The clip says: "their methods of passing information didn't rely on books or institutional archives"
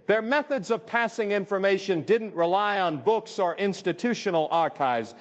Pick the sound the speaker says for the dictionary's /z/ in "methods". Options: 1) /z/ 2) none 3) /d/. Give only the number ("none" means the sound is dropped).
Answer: 1